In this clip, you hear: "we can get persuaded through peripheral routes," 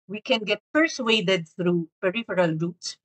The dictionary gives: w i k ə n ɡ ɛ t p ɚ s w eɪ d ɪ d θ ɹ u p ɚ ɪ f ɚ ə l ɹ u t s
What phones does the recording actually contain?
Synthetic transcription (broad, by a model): w i k ə n ɡ ɛ t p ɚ s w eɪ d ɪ d θ ɹ u p ɚ ɪ f ɚ ə l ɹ u t s